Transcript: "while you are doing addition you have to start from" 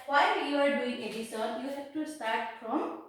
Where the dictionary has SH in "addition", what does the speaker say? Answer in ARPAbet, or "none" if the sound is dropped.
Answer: S